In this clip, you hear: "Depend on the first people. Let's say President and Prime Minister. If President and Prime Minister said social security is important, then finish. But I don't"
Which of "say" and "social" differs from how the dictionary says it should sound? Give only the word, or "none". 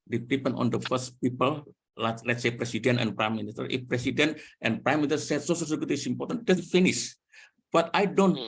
social